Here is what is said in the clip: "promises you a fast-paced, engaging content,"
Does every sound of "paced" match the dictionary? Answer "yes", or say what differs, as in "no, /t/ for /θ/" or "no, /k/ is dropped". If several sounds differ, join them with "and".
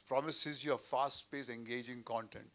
no, /t/ is dropped